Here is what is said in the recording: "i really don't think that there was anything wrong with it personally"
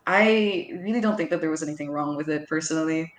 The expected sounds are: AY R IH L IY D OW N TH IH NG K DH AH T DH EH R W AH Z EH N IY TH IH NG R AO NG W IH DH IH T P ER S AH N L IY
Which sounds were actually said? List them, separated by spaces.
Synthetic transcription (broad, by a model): AY R IH L IY D OW N TH IH NG K DH AH T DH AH R W AH Z EH N IY TH IH NG R AO NG W IH DH IH T P ER S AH N L IY